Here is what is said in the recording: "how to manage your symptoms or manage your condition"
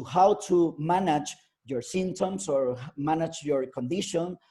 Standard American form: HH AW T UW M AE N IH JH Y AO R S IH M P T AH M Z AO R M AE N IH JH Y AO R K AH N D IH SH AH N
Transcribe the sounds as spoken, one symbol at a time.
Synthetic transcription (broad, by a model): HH AW T UW M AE N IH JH Y AO R S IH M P T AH M S AO R M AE N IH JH Y AO R K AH N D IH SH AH N